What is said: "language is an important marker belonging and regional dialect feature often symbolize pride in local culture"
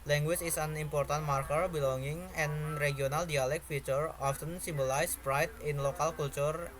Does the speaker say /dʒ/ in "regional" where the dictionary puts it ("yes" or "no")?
no